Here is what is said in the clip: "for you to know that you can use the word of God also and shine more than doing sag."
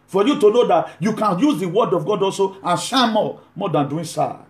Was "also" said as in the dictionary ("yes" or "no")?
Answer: yes